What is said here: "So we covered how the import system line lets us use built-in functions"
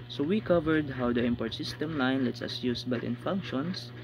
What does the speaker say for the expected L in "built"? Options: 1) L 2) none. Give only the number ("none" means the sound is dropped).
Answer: 2